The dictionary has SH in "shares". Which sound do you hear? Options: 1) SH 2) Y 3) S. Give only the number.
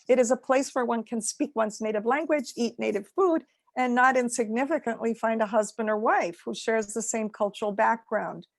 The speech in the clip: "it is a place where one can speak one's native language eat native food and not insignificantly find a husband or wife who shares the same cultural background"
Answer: 1